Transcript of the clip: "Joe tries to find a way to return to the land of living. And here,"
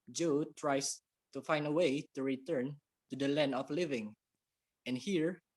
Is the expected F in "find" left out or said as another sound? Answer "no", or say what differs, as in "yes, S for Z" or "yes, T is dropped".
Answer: no